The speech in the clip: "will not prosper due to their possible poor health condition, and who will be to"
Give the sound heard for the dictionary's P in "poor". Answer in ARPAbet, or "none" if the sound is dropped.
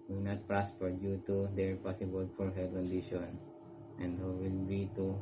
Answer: F